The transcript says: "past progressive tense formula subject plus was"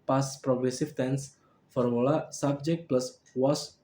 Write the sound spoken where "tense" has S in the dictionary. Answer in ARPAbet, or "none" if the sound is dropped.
S